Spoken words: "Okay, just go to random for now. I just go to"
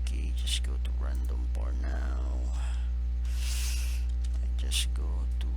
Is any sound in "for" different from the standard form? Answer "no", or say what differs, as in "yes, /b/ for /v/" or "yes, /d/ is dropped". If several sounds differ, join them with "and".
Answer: yes, /p/ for /f/